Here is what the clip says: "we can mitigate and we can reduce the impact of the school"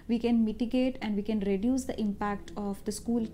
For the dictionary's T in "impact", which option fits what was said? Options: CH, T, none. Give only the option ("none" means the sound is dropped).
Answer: T